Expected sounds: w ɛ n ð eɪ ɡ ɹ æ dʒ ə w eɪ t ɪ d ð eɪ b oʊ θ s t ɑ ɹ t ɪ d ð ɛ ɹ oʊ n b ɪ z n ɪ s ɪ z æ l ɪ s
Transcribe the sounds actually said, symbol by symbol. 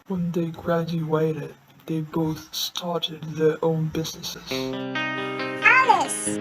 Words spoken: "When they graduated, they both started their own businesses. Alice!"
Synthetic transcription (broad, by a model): w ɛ n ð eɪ ɡ ɹ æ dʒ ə w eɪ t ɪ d ð eɪ b oʊ θ s t ɑ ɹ t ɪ d ð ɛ ɹ oʊ n b ɪ z n ɪ s ɪ z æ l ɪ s